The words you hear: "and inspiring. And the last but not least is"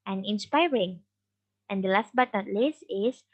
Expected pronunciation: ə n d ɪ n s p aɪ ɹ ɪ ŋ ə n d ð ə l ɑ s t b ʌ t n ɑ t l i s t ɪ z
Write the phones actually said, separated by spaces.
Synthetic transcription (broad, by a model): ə n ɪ n s p aɪ ɹ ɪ ŋ ə n d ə l ɑ s t b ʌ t n ɑ t l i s ɪ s